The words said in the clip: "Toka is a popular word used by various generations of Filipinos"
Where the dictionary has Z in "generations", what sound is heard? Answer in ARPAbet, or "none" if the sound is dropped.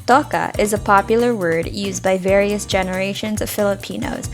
Z